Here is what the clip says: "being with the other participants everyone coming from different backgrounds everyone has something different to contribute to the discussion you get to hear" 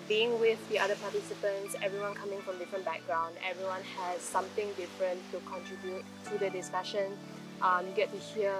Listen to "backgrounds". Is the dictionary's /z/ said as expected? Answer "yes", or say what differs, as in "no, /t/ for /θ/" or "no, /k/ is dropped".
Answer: no, /z/ is dropped